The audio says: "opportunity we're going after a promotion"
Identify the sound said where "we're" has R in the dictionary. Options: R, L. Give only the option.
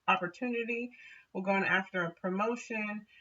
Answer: L